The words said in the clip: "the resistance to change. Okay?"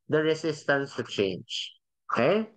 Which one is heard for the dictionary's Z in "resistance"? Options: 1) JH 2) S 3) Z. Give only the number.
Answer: 2